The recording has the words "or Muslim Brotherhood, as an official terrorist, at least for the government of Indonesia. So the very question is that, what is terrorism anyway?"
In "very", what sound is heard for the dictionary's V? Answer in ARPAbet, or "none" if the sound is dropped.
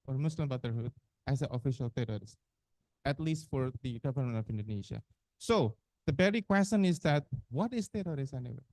B